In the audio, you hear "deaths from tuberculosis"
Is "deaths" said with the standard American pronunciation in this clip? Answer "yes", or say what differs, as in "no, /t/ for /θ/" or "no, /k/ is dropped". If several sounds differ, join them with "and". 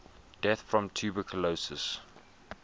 no, /s/ is dropped